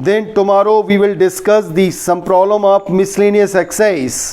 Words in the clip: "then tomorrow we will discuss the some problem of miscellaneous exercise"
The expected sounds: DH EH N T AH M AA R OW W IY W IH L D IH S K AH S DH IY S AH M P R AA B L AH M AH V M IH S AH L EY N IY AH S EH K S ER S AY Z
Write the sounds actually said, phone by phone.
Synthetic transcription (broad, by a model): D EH N T AH M AA R OW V IY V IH L D IH S K AH S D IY S AH M P R AA B L AH M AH P M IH S L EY N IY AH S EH K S S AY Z